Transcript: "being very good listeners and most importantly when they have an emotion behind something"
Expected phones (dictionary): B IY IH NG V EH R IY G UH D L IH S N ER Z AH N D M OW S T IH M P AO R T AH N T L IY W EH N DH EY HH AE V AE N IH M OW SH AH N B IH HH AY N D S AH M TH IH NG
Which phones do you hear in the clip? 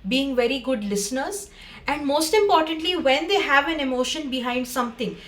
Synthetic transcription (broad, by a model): B IY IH NG V EH R IY G UH D L IH S N ER Z AH N D M OW S T IH M P AO R T AH N T L IY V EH N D EY HH AE V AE N IH M OW SH AH N B IH HH AY N D S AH M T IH NG